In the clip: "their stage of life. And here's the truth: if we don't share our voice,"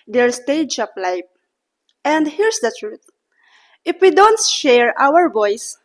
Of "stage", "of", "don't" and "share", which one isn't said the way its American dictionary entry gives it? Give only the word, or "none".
of